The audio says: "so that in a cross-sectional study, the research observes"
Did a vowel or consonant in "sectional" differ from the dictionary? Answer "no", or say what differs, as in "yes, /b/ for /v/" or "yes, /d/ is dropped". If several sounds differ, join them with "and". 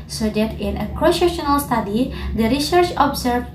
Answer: yes, /k/ is dropped